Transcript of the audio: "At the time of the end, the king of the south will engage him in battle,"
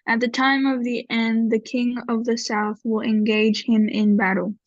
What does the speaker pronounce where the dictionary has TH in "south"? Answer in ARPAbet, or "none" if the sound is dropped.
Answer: TH